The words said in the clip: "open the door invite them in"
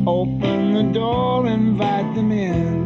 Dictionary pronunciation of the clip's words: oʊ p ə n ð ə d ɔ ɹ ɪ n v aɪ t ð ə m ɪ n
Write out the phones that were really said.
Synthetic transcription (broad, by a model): oʊ p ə n ð ə d ɔ ɹ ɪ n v aɪ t ð ə m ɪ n